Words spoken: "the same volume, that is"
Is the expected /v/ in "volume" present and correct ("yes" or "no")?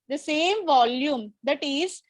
yes